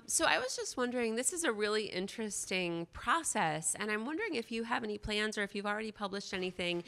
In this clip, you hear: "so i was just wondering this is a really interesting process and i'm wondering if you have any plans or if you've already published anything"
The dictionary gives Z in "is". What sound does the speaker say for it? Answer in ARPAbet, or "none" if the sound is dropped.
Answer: Z